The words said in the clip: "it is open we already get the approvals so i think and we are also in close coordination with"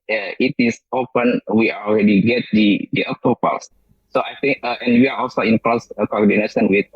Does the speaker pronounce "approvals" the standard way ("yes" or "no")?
no